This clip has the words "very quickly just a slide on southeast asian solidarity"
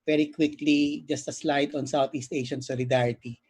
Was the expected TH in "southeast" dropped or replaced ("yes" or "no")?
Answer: yes